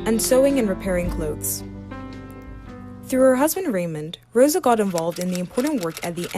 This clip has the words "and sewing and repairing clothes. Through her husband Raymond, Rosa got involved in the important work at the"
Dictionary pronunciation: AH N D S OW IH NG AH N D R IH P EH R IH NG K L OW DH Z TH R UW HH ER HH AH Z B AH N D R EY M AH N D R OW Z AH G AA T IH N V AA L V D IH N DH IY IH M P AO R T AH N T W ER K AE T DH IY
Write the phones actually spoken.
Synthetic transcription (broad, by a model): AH N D S OW IH NG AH N R IH P EH R IH NG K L OW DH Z TH R UW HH ER HH AH Z B AH N D R EY M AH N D R OW Z AH G AA T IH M V AA L V D IH N DH IY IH M P AO R T N T W ER K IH T DH IY